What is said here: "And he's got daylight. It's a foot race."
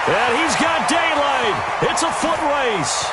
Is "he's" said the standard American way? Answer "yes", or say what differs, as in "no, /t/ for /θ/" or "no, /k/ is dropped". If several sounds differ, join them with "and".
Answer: yes